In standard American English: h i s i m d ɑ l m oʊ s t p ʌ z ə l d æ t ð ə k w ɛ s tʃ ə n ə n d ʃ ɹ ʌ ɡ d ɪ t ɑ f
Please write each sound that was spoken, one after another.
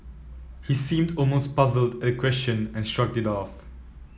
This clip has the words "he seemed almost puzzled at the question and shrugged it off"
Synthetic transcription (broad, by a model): h i s i m d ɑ l m oʊ s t p ʌ z ə l d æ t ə k w ɛ s tʃ ə n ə n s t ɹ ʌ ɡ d ɪ t ɑ f